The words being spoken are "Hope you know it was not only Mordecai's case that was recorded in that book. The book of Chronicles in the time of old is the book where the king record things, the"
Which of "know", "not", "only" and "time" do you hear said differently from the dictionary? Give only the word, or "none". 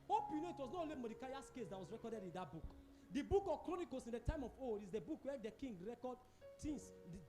only